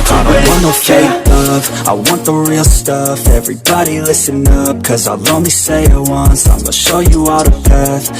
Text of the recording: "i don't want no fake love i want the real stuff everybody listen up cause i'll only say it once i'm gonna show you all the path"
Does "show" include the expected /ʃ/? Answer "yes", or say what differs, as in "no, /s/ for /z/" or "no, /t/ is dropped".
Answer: yes